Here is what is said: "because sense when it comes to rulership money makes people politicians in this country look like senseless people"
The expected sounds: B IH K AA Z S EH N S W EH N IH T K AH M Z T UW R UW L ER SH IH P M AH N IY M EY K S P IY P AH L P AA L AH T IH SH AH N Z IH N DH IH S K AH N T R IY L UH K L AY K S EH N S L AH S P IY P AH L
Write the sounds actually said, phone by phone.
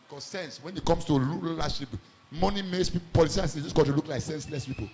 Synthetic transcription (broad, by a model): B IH K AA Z S EH N S W EH N IH T K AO M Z T UW L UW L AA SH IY P M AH N IY M EY K S P IY P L P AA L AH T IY AH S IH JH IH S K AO T IY L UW K L AY K S EH N S L AH S P IY P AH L